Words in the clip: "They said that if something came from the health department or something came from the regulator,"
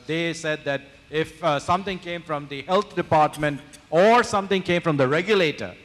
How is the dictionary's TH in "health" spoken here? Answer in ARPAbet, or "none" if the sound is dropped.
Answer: T